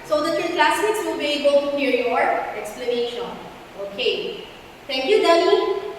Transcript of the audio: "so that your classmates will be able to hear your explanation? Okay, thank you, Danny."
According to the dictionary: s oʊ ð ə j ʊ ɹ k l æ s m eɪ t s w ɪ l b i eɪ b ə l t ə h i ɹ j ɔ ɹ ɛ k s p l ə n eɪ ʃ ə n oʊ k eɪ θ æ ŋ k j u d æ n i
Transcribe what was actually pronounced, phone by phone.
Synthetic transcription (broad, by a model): s oʊ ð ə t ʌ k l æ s ɪ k s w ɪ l b i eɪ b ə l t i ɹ j ɔ ɹ ɛ k s p l ə n eɪ ʃ ə n oʊ k eɪ t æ ŋ k j u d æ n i